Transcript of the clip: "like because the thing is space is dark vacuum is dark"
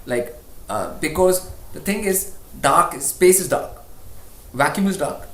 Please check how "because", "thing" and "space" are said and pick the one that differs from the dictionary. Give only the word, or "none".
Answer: thing